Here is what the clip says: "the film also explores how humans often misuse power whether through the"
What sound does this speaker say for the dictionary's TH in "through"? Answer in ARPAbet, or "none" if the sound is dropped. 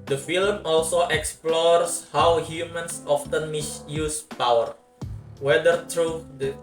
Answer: T